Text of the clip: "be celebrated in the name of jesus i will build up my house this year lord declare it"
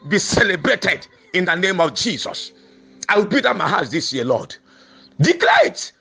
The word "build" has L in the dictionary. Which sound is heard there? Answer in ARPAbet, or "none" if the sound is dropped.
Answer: none